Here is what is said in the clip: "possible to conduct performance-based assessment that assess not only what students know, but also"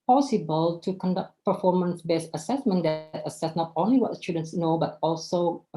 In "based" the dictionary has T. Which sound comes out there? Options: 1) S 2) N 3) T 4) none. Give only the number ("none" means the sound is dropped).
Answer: 4